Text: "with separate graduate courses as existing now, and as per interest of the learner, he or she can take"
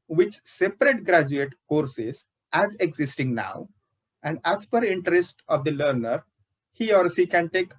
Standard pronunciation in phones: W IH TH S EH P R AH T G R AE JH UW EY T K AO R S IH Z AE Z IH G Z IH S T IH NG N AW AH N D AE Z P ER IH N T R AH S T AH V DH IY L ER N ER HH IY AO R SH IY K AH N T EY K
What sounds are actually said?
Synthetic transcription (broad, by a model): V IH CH S EH P R AH T G R AE JH UW EY T K AO R S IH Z AE Z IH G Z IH S T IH NG N AW AH N D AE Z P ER IH N T R AH S T AH V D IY L ER N ER HH IY AO R S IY K AH N T EY K